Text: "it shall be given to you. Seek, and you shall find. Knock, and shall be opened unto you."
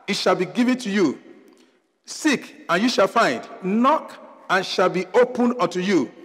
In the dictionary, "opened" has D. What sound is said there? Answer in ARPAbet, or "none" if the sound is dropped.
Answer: none